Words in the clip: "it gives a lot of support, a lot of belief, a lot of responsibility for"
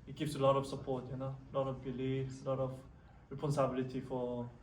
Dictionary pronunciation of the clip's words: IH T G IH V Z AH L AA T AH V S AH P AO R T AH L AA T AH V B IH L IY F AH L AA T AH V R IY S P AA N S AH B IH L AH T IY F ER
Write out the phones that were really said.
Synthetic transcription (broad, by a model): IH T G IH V S AH L AA T AH V S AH P AO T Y AH L AA T AH V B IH L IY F AH L AA T AH V R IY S P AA N S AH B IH L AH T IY F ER